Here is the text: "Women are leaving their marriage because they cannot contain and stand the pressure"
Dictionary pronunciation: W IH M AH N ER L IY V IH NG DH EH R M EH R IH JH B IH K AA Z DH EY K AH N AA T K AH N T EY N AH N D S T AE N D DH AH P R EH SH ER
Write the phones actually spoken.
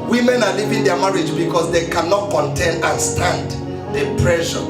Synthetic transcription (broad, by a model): W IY M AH N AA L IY P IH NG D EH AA M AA R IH JH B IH K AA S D EY K AH N AA T K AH N T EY N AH N S T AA N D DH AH P R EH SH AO